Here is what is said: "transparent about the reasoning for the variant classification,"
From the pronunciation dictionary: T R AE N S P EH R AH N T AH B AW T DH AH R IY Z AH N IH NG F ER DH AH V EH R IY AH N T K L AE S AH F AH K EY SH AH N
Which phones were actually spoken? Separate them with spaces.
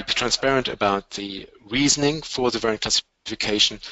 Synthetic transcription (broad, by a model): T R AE N S P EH R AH N T AH B AW T DH AH R IY Z AH N IH NG F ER DH AH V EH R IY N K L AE S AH F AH K EY SH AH N